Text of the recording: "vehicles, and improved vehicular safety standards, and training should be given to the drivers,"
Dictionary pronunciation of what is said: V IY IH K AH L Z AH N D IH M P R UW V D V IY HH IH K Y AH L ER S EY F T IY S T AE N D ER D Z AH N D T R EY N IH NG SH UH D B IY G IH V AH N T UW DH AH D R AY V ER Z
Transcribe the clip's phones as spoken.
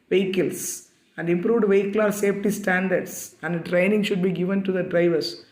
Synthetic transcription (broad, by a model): V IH K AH L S AH N D IH M P R UW V D V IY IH K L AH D S EY F T IY S T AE N D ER D S AH N D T R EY N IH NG SH UH D B IY G IH V AH N T UW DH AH D R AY V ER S